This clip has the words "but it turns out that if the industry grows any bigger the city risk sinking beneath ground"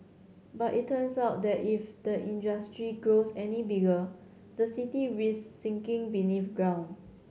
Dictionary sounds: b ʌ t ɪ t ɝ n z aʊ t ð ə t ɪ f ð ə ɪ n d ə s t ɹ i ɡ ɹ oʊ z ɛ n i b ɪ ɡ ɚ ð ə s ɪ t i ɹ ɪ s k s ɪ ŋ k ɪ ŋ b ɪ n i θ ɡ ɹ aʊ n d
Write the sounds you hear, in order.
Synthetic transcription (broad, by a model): b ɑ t ɪ t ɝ n s aʊ t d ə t ɪ f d ə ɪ n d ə s t ɹ i ɡ ɹ oʊ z ɛ n i b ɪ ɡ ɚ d ə s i t i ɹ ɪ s s ɪ ŋ k ɪ ŋ b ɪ n i f ɡ ɹ aʊ n